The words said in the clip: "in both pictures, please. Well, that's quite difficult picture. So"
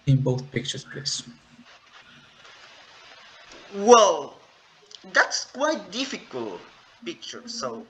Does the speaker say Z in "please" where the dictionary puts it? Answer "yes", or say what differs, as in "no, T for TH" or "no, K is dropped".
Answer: no, S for Z